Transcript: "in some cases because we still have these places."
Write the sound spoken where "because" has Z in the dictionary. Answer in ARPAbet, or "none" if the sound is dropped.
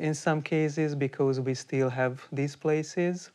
Z